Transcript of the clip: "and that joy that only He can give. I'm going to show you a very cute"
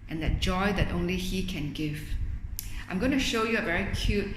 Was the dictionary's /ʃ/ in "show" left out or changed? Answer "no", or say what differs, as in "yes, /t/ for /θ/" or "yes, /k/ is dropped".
no